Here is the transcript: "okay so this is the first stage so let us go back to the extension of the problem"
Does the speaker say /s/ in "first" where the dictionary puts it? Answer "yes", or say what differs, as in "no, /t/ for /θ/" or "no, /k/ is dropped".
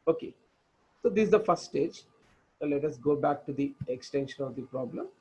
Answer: no, /s/ is dropped